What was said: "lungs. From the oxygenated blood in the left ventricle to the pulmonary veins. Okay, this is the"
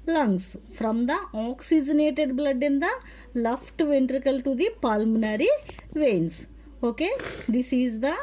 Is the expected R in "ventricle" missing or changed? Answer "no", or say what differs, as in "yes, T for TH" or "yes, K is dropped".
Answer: no